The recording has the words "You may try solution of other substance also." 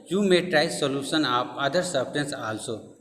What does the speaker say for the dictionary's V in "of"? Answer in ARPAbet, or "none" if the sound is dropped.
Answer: P